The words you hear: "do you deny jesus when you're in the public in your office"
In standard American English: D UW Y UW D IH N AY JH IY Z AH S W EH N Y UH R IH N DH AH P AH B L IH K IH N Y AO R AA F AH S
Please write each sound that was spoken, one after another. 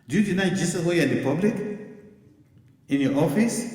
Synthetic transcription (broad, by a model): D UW Y UW D IH N AY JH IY S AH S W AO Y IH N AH P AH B L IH K IH N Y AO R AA F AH S